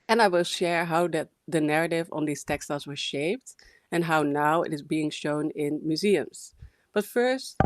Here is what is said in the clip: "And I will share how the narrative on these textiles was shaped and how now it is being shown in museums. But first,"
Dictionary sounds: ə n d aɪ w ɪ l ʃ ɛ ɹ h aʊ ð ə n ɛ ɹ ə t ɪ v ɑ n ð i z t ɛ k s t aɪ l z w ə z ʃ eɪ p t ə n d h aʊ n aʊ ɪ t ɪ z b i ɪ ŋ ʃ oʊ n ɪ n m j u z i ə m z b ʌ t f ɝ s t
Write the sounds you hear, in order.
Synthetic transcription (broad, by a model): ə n aɪ w ɪ l ʃ ɛ ɹ h aʊ ð ə n ɛ ɹ ə t ɪ v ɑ n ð i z t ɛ k s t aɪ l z w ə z ʃ eɪ p t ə n h aʊ n aʊ ɪ t ɪ z b i ɪ ŋ ʃ oʊ n ɪ n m j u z i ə m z b ʌ t f ɝ s t